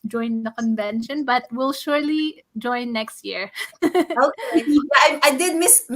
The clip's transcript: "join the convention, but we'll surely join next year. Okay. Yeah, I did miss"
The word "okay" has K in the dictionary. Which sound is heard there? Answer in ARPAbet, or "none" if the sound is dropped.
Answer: none